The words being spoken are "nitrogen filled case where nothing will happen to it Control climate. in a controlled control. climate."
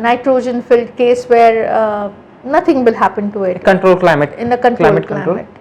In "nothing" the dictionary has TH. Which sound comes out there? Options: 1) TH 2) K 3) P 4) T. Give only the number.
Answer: 4